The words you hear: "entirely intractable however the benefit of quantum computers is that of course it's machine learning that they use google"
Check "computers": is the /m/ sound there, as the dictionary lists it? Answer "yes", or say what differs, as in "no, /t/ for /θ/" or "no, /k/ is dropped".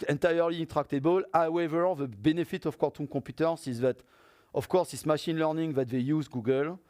no, /m/ is dropped